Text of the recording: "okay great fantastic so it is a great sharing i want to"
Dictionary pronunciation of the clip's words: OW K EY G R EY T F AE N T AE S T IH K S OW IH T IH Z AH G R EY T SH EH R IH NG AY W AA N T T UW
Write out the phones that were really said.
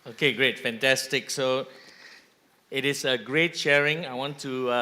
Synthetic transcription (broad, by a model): OW K EY G R EY T F AE N T AE S T IH K S OW IH T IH S AH G R EY T SH EH R IH NG AY W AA N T T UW